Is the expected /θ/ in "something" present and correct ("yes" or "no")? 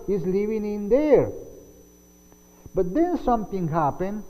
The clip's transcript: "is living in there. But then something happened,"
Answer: no